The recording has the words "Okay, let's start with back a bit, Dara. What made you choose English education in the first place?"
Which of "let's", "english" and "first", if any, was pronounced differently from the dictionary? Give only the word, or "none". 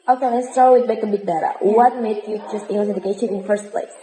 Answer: english